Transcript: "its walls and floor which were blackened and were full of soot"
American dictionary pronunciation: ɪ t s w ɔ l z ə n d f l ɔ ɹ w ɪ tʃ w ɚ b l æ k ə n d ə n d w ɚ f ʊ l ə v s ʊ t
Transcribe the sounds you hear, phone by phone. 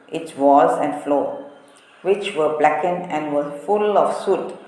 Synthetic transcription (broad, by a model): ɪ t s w ɔ z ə n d f l ɔ w ɪ tʃ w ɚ b l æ k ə n ə n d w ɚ f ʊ l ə f s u t